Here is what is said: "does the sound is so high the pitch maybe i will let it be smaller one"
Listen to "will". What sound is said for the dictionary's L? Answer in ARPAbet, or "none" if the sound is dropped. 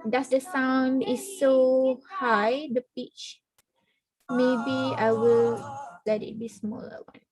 L